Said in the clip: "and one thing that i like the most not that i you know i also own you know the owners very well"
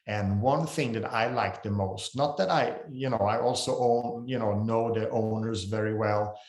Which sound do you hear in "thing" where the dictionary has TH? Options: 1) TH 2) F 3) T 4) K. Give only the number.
1